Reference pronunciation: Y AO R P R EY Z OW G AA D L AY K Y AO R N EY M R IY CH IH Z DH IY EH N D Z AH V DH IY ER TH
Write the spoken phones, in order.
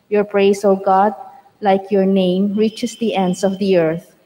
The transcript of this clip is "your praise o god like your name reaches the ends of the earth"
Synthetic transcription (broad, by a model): Y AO R P R EY S OW G AA D L AY K Y AO R N EY M R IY CH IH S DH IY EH N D S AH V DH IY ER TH